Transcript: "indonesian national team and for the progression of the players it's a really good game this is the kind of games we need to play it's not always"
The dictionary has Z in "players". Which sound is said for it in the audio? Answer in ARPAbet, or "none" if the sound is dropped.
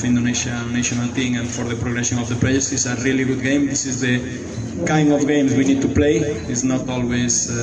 S